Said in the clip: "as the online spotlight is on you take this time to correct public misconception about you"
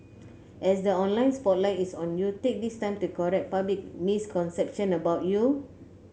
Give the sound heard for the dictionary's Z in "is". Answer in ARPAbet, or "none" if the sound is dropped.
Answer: S